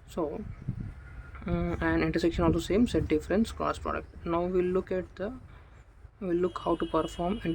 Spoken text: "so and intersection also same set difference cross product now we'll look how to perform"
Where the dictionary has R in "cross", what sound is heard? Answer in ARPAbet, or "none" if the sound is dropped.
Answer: none